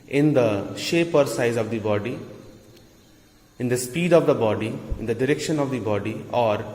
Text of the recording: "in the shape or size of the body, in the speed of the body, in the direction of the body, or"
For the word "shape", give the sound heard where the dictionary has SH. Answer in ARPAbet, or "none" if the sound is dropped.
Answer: SH